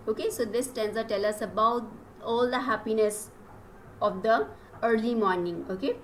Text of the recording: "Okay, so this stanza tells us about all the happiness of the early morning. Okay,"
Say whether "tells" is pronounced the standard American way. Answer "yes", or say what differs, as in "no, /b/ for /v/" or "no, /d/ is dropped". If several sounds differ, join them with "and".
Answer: no, /z/ is dropped